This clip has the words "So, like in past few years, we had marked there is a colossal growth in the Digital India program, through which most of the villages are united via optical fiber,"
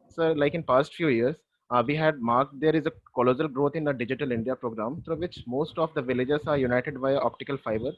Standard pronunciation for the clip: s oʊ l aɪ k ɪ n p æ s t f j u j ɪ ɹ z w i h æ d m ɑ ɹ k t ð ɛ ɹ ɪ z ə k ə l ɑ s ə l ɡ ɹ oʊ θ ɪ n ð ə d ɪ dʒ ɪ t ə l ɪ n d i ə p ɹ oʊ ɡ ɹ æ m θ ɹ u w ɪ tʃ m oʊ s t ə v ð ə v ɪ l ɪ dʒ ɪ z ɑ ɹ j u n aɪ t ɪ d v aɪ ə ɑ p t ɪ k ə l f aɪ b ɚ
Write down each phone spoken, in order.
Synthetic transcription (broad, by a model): s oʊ l aɪ k ɪ n p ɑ s t f j u j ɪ ɹ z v i h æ d m ɑ ɹ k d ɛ ɹ ɪ z ə k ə l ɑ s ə l ɡ ɹ oʊ t ɪ n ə d ɪ dʒ ɪ t ə l ɪ n d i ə p ɹ oʊ ɡ ɹ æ m t ɹ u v ɪ tʃ m oʊ s t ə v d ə v ɪ l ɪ dʒ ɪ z ɑ ɹ j u n aɪ t ɪ d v aɪ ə ɑ p t ɪ k ə l f aɪ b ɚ